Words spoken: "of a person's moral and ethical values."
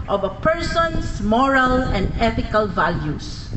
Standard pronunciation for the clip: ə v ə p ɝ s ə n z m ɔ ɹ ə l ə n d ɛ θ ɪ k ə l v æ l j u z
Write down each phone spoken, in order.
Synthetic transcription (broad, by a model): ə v ə p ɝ s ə n s m ɔ ɹ ə l ə n d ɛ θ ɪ k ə l v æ l j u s